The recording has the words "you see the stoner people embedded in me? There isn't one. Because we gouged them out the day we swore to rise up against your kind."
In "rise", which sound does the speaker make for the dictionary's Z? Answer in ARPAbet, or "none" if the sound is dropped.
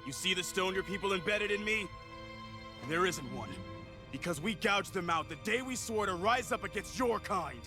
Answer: Z